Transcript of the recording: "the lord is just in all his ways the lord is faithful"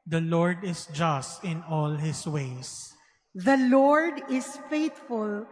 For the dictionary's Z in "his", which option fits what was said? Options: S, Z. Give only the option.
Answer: S